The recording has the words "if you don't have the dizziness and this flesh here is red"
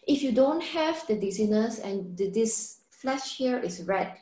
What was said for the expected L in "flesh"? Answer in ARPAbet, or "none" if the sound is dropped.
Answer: L